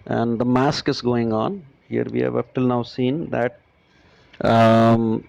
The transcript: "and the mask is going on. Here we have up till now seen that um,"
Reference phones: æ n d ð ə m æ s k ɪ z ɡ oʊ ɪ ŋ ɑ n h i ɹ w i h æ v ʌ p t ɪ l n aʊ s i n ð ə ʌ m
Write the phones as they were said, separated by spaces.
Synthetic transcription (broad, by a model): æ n d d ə m æ s k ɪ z ɡ oʊ ɪ ŋ ɑ n h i ɹ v i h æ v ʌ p t ɪ l n aʊ s i n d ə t